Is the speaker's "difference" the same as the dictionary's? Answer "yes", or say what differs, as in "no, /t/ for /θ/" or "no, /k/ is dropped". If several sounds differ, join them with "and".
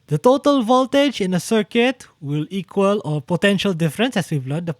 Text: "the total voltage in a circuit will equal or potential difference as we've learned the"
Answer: yes